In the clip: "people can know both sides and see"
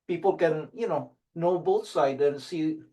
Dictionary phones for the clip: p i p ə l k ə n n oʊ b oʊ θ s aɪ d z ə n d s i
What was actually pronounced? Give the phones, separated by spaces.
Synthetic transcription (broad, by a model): p i p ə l k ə n n oʊ b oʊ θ s aɪ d ə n s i